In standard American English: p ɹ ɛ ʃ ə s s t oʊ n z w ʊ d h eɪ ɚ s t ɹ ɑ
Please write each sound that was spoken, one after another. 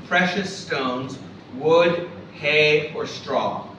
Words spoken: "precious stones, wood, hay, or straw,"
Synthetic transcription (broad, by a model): p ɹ ɛ ʃ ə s s t oʊ n z w ʊ d h eɪ ɚ s t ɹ ɑ